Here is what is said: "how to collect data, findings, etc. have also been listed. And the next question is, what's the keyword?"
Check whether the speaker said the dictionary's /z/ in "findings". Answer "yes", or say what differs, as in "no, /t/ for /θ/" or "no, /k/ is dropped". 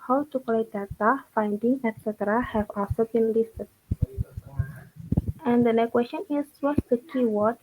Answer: no, /z/ is dropped